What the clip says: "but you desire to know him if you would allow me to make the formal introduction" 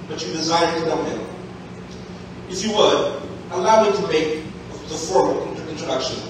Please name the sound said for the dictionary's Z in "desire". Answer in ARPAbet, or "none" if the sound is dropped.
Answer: Z